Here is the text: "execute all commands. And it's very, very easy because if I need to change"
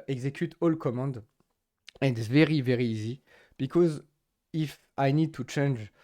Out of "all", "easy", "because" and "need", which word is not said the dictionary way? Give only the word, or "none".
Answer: none